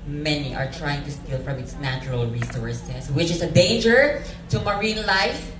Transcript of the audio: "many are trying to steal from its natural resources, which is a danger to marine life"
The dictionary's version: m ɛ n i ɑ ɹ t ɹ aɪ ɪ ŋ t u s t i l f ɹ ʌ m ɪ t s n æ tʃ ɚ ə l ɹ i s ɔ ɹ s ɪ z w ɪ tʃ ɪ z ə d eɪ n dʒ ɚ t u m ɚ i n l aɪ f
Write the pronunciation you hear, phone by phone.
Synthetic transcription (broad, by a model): m ɛ n i ɑ ɹ t ɹ aɪ ɪ ŋ t u s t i l f ɹ ʌ m ɪ t s n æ tʃ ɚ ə l ɹ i s ɔ ɹ s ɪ s w ɪ tʃ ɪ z ə d eɪ n dʒ ɚ t u m ɚ i n l aɪ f